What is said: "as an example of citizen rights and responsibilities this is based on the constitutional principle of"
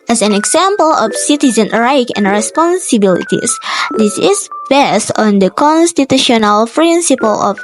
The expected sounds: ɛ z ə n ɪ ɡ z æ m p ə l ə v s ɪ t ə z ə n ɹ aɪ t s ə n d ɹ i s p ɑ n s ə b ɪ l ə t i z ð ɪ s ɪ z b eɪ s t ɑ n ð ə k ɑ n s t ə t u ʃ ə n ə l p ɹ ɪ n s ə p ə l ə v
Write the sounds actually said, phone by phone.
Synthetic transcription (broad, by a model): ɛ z ə n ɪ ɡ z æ m p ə l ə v s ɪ t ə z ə n ɹ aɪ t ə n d ɹ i s p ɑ n s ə b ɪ l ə t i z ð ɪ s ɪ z b eɪ s t ɑ n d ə k ɑ n s t ə t u ʃ ə n ə l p ɹ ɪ n s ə p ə l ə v